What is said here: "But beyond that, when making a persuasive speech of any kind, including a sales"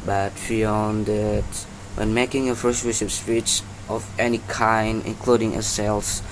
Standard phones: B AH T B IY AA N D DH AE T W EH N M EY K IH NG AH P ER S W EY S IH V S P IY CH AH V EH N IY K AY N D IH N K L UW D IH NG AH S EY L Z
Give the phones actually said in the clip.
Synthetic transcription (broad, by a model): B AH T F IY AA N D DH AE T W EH N M EY K IH NG AH F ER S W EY SH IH P S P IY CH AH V EH N IY K AY N D IH N K L UW D IH NG AH S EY L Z